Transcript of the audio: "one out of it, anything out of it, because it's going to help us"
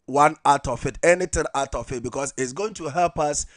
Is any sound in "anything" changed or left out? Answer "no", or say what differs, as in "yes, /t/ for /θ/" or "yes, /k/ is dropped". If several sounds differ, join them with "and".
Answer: yes, /t/ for /θ/